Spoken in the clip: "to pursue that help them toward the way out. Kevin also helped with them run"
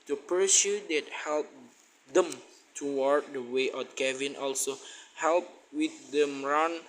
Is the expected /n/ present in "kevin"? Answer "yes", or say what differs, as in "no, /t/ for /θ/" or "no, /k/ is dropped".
yes